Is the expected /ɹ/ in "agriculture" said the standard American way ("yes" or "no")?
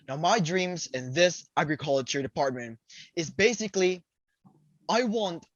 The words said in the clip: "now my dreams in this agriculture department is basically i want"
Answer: yes